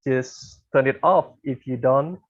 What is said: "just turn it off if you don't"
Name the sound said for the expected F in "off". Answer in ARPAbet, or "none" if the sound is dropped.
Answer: F